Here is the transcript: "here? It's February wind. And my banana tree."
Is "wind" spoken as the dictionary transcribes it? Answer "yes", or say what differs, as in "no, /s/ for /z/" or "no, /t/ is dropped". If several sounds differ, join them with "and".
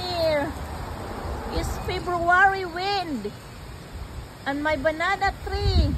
yes